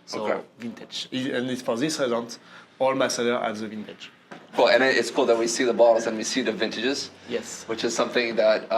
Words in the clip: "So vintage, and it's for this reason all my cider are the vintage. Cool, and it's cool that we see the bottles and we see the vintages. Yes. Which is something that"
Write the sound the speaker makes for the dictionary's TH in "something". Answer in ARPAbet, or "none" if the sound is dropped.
TH